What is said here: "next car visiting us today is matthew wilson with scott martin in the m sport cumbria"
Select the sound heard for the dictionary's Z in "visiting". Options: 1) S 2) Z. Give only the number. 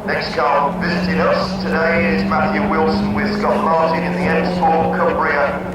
2